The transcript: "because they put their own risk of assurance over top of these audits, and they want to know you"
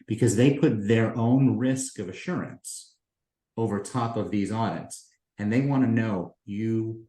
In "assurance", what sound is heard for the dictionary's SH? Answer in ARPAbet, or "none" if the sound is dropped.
SH